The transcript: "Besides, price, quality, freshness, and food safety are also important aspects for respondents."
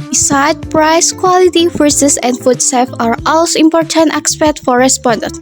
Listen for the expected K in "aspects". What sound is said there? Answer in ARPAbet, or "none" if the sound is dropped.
none